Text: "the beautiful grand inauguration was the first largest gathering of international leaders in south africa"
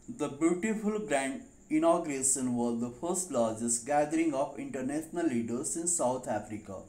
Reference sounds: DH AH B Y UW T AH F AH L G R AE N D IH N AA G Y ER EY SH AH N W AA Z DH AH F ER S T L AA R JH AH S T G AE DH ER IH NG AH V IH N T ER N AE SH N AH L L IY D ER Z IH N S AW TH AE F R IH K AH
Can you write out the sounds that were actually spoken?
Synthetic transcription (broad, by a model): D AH B Y UW T AH F AH L G R AE N D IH N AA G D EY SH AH N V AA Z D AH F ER S T L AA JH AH S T G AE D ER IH NG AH P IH N T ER N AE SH N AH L L IY D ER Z IH N S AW T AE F R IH K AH